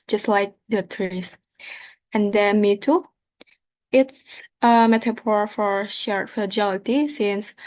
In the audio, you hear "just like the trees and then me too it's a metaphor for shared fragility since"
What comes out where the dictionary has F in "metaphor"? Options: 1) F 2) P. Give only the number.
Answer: 2